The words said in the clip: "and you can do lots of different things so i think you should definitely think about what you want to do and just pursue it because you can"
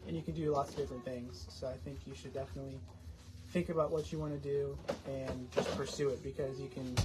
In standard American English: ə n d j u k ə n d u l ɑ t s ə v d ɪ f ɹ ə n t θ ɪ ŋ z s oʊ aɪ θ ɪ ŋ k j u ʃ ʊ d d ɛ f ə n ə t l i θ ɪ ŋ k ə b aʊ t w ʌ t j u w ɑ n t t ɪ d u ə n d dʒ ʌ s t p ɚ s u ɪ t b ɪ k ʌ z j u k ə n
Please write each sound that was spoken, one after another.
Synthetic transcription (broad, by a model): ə n j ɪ k ə n d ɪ l ɑ t s ə v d ɪ f ɹ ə n θ ɪ ŋ z s oʊ aɪ θ ɪ ŋ k j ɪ ʃ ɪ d d ɛ f ə n ə t l i θ ɪ ŋ k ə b aʊ t w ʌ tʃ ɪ w ɑ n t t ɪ d u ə n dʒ ʌ s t p ɚ s u ɪ t b ɪ k ʌ z j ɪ k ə n